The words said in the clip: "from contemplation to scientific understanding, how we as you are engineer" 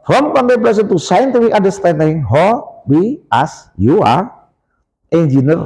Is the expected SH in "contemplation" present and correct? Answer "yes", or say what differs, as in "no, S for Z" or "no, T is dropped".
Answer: no, S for SH